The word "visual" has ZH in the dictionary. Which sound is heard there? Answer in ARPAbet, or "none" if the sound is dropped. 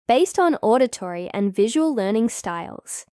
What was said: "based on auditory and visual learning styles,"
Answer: ZH